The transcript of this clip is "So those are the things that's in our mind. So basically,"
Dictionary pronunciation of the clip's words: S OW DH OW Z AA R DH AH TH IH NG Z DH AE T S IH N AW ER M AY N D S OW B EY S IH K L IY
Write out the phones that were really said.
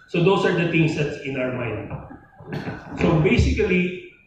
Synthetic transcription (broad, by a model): S OW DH OW S AA R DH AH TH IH NG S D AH T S IH N AW ER M AY N D S OW B EY S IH K L IY